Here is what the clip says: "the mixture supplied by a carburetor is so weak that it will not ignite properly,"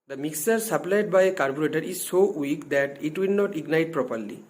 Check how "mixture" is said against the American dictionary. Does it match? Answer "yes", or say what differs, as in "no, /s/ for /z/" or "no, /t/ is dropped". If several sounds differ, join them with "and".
no, /tʃ/ is dropped